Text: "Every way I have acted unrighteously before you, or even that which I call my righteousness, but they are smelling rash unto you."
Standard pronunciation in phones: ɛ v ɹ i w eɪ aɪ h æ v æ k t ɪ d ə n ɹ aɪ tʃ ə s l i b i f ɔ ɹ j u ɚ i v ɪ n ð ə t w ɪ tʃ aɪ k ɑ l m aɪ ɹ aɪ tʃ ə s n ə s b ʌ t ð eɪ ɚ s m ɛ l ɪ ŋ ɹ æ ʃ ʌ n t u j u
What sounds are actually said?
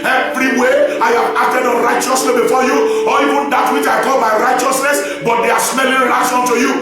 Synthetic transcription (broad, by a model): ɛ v ɹ i w eɪ aɪ h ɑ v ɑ k t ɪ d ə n ɹ aɪ tʃ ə s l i b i f ɔ j u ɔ i v ɪ n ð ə t w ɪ tʃ aɪ k ɑ l m aɪ ɹ aɪ tʃ ə s n ə s b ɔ t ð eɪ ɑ s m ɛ l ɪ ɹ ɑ s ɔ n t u j u